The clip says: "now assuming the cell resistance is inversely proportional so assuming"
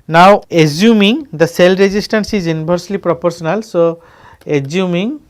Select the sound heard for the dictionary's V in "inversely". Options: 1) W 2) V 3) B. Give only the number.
3